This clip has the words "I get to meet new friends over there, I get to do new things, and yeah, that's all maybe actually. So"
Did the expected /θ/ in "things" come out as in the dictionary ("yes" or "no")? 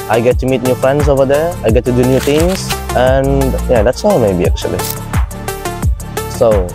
no